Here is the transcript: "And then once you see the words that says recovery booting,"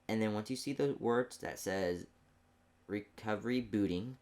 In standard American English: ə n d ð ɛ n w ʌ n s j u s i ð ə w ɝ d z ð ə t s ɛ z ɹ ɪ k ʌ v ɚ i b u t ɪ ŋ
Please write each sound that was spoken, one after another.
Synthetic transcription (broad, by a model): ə n ð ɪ n w ʌ n s j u s i ð ə w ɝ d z ð ə t s ɛ z ɹ ɪ k ʌ v ɚ i b u t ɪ ŋ